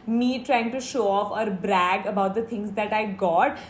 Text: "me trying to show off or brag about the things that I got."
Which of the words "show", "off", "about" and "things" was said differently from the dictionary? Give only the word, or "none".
things